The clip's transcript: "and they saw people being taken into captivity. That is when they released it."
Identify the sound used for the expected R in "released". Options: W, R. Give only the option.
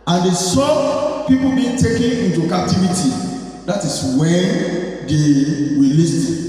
W